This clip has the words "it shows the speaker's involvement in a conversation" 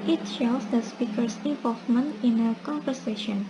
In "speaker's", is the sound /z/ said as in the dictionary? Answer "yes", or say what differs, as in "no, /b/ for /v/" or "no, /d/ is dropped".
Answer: no, /s/ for /z/